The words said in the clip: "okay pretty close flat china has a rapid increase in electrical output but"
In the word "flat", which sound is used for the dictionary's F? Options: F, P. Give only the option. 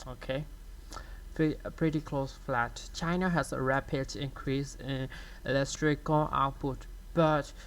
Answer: F